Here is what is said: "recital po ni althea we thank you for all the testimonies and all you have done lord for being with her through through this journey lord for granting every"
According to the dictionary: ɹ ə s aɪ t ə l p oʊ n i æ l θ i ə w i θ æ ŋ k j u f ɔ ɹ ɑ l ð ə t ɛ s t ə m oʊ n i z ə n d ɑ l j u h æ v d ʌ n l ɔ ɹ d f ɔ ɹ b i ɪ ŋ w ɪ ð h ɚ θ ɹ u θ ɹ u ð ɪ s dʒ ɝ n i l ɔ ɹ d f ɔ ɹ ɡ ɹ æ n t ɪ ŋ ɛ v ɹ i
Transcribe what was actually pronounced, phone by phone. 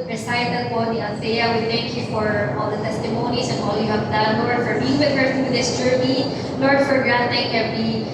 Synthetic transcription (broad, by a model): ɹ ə s aɪ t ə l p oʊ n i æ n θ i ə w i θ æ ŋ k j u f ɔ ɹ ɑ l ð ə t ɛ s t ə m oʊ n i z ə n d ɑ l j u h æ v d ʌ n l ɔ ɹ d f ɔ ɹ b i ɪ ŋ w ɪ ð h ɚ ɹ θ ɹ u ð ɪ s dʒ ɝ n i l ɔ ɹ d f ɔ ɹ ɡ ɹ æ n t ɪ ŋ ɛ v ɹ i